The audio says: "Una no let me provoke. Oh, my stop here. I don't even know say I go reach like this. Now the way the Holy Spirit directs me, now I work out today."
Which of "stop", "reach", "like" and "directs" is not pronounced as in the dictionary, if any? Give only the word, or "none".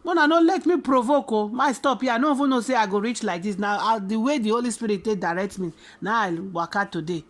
directs